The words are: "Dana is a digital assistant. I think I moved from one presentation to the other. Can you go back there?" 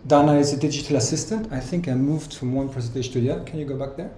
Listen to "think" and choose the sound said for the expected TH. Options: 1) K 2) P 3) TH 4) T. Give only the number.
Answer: 3